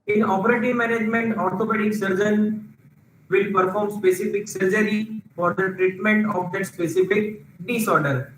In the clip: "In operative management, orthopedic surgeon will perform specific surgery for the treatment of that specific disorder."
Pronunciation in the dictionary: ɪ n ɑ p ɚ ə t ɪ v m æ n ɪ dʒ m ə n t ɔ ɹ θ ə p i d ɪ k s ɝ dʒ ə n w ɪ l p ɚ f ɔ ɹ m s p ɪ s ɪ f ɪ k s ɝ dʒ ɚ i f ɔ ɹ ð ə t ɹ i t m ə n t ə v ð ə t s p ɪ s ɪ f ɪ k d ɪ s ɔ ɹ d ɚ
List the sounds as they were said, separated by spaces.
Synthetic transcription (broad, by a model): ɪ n ɑ p ɚ ə t ɪ v m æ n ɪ dʒ m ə n t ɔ ɹ t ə p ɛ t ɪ k s ɝ dʒ ə n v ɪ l p ɚ f ɔ ɹ m s p ɪ s ɪ f ɪ k s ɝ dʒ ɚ i f ɔ ɹ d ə t ɹ i t m ə n t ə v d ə t s p ɪ s ɪ f ɪ k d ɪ s ɔ ɹ d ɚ